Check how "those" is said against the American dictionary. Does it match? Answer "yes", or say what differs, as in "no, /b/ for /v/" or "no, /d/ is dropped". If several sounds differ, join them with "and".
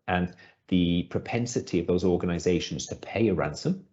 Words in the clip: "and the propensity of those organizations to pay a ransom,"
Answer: yes